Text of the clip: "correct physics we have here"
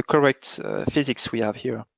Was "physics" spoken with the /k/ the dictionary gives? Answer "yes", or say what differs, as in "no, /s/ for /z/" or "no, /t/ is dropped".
yes